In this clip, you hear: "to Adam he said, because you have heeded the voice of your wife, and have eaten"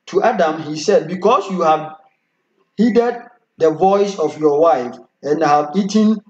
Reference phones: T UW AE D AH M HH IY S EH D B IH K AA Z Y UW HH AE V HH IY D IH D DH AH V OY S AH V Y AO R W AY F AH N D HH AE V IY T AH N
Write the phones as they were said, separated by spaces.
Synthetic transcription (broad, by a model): T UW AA D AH M HH IY S EH D B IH K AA S Y UW HH AE V HH IY D IH D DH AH V OY S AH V Y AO W AY F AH N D HH AE V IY T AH N